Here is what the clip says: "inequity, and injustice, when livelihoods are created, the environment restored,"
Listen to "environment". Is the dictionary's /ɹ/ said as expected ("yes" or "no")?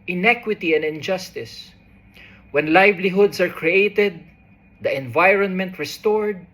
yes